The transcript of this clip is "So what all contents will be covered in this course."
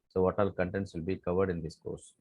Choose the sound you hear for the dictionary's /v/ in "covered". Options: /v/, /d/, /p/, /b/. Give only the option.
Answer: /v/